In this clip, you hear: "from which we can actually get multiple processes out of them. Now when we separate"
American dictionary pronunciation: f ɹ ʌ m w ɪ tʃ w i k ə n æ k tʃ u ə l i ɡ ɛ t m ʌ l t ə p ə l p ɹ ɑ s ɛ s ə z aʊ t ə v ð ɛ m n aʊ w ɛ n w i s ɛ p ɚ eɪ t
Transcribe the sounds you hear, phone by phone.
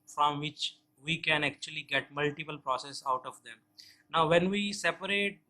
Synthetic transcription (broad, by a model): f ɹ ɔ m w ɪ tʃ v i k ə n æ k tʃ u ə l i ɡ ɛ t m ʌ l t ə p ə l p ɹ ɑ s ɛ s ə ʊ t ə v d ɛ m n aʊ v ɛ n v i s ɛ p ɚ eɪ t